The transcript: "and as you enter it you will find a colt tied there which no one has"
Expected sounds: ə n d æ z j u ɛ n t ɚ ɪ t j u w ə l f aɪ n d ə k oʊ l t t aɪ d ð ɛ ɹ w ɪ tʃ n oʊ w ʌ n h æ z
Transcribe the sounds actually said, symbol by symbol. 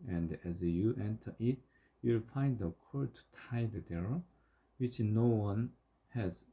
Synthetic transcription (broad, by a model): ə n d æ z j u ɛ n t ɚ ɪ t j u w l f aɪ n d ə k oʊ t t aɪ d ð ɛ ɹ w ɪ tʃ n oʊ w ʌ n h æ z